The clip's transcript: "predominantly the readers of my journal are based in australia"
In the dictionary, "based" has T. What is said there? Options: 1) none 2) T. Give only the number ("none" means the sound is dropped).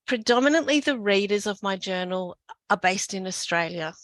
2